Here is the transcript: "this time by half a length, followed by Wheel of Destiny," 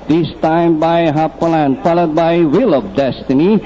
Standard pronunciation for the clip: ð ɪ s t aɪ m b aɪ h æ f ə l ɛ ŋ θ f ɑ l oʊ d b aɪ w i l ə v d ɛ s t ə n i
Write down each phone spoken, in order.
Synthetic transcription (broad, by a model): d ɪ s t aɪ m b aɪ h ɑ p ə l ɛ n f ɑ l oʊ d b aɪ w i l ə p d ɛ s t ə n i